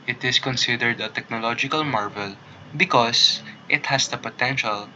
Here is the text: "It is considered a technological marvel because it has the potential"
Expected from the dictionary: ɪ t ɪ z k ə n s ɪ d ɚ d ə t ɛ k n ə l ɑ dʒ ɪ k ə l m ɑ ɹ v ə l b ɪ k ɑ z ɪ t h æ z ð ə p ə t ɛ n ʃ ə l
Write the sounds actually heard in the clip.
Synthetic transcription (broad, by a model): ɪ t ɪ s k ə n s ɪ d ɚ d ə t ɛ k n ə l ɑ dʒ ɪ k ə l m ɑ ɹ v ə l b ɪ k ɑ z ɪ t h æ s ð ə p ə t ɛ n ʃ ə l